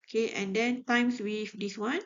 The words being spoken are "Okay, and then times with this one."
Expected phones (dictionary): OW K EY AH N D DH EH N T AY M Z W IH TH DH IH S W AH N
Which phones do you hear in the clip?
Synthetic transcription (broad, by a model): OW K EY AH N D EH N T AY M S W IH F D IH S W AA N